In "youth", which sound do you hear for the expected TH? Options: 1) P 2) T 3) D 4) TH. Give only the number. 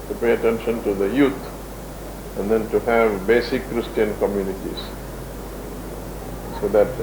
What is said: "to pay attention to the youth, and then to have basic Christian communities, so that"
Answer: 2